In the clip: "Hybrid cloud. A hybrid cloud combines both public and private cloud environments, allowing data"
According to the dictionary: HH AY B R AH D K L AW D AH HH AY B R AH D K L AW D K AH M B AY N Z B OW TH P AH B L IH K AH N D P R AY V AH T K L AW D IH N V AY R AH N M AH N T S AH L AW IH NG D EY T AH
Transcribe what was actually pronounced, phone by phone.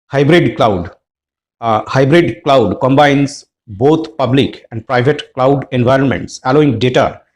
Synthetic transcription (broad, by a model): HH AY B R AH D K L AW D HH AY B R AH D K L AW D K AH M B AY N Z B OW T P AH B L IH K AH N D P R AY V AH T K L AW D IH N V AY R AH N M AH N T S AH L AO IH NG D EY T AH